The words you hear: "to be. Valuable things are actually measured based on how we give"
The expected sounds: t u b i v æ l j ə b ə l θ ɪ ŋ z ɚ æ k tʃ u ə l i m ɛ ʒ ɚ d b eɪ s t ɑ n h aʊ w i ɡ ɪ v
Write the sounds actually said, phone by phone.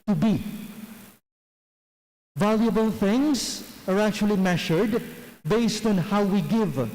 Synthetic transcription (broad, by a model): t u b i v æ l j ə b ə l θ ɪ ŋ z ɚ æ k tʃ u ə l i m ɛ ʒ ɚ d b eɪ s t ɑ n h aʊ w i ɡ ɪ v